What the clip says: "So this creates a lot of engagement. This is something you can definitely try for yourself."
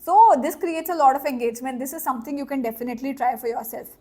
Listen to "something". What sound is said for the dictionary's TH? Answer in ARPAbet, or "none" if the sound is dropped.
T